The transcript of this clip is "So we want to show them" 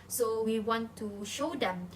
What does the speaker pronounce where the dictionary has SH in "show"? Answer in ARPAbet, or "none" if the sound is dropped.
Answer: SH